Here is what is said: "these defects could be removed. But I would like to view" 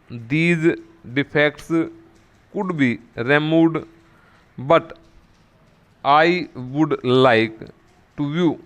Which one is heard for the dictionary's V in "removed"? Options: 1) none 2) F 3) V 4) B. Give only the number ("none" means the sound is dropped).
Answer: 1